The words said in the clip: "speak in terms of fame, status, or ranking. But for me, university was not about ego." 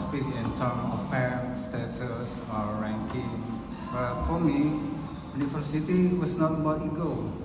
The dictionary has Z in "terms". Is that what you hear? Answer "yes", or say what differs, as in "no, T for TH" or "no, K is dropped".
no, Z is dropped